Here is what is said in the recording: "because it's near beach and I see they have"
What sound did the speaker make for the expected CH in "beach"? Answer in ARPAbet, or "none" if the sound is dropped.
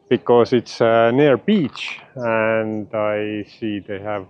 CH